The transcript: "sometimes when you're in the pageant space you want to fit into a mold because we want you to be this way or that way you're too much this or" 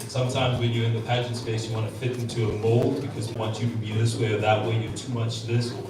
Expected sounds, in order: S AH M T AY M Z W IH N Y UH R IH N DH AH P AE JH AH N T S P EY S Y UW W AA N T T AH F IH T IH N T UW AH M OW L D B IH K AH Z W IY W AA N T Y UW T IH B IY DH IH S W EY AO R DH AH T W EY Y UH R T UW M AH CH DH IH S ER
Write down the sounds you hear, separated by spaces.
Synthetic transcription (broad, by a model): S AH M T AY M Z W IH N Y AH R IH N DH AH P AE JH AH N T S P EY S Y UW W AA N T T AH F IH T IH N T UW AH M OW L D B IH K AH Z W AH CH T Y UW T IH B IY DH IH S W EY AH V DH AH T W EY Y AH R T UW M AH CH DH IH S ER